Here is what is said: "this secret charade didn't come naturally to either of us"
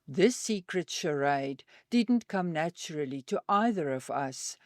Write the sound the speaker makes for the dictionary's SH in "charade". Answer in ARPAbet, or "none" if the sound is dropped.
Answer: SH